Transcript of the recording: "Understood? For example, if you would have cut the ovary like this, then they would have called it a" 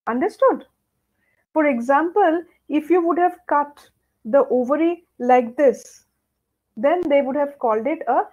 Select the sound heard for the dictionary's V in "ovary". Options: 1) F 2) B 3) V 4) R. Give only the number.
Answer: 3